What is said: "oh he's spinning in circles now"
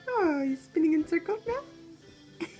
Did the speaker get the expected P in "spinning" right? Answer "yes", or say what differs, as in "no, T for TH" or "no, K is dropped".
yes